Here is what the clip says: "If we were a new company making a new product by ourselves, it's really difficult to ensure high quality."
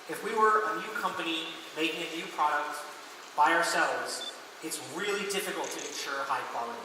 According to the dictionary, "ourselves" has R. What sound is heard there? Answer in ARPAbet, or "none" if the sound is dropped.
R